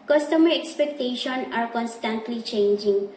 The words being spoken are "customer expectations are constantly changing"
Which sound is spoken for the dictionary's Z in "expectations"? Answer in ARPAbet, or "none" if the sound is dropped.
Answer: none